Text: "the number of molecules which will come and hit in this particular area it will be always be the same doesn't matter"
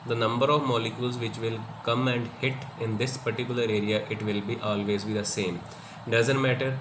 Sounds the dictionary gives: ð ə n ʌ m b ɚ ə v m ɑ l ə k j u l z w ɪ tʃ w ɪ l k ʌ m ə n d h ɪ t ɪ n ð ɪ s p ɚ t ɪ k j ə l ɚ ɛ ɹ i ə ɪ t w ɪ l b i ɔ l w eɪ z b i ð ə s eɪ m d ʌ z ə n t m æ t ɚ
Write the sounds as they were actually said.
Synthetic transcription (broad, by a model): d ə n ʌ m b ɚ ə v m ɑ l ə k j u l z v ɪ tʃ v ɪ l k ʌ m ə n d h ɪ t ɪ n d ɪ s p ɚ t ɪ k j ə l ɚ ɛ ɹ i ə ɪ t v ɪ l b i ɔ l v eɪ z b i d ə s eɪ m d ʌ z ə n t m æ t ɚ